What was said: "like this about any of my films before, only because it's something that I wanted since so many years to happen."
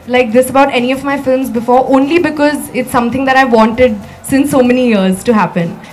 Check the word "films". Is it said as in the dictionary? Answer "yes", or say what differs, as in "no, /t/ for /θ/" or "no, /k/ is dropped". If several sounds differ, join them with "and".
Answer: yes